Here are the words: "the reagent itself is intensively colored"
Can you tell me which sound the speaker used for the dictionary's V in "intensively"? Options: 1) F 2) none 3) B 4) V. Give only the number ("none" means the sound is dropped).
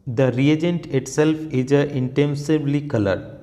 3